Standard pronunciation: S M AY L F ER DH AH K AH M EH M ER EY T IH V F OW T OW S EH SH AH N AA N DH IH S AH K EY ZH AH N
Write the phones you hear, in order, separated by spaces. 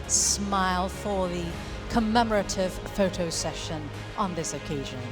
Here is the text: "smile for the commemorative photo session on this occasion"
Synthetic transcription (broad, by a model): S M AY L F ER DH AH K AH M EH M ER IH T IH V F OW T OW S EH SH AH N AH N DH IH S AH K EY ZH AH N